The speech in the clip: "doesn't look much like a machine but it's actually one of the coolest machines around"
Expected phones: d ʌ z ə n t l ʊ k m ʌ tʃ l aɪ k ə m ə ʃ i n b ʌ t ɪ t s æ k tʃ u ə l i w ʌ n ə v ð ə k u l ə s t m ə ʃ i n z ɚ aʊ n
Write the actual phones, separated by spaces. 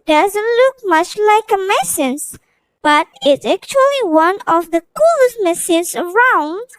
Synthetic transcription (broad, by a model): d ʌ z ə n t l ʊ k m ʌ tʃ l aɪ k ə m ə s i n b ʌ t ɪ t s æ k tʃ u ə l i w ʌ n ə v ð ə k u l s m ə s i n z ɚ aʊ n